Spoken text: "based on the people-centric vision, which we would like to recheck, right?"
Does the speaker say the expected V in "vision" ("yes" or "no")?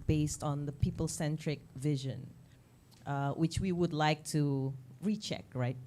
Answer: yes